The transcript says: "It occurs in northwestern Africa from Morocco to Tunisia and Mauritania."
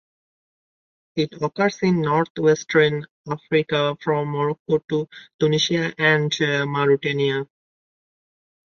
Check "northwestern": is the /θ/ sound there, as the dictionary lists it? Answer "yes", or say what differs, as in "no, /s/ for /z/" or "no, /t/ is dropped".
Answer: no, /t/ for /θ/